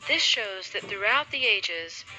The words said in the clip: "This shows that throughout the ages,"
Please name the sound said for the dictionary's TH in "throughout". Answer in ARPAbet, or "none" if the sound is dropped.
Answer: TH